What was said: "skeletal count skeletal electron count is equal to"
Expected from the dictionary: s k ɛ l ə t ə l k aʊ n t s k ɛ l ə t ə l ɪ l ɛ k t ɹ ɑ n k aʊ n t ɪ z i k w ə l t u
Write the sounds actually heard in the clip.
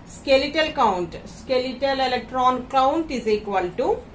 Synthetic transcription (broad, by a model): s k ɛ l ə t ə l k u n t s k ɛ l ə t ə l ɪ l ɛ k t ɹ ɑ n k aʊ n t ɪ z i k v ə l t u